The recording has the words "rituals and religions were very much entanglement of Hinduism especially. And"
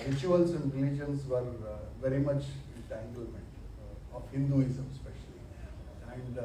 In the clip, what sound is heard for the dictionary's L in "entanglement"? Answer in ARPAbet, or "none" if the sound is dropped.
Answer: L